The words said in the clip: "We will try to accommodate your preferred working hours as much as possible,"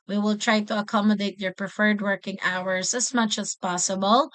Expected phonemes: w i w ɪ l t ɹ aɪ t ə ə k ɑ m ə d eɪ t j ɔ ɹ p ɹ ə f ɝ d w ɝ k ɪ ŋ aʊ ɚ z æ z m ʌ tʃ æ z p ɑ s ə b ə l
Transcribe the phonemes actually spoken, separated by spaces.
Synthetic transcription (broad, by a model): w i w ɪ l t ɹ aɪ t ə ə k ɑ m ə d eɪ t j ɔ ɹ p ɹ ə f ɝ d w ɝ k ɪ ŋ aʊ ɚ s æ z m ʌ tʃ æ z p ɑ s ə b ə l